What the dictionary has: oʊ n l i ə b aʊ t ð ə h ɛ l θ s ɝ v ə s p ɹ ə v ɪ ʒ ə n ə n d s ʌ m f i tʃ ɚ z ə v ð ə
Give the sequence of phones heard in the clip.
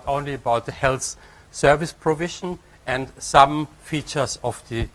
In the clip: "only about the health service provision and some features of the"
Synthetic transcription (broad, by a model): oʊ n l i ə b aʊ t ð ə h ɛ l θ s ɝ v ə s p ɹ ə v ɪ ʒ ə n ə n d s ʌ m f i tʃ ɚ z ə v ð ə